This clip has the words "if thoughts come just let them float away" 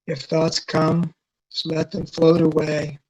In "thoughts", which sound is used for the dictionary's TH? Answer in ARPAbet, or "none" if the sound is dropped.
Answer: TH